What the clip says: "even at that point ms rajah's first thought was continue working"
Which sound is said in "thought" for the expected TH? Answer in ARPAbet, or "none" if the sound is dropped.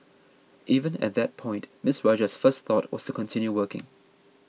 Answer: TH